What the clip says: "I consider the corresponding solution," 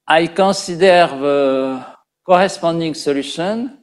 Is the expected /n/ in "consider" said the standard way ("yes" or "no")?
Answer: no